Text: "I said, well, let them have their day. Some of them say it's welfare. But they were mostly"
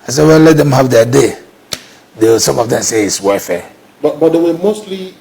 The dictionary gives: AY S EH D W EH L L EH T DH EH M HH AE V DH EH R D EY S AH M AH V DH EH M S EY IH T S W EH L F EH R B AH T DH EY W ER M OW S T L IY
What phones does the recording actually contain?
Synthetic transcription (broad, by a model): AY S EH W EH N L EH T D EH M HH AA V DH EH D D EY S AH M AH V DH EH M S EY IH T S W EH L F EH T B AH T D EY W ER M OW S T L IY